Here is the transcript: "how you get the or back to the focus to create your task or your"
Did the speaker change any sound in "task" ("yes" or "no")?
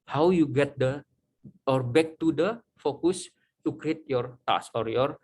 yes